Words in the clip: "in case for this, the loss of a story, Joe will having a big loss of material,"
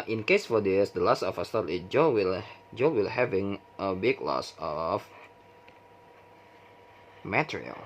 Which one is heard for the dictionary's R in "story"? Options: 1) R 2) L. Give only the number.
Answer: 2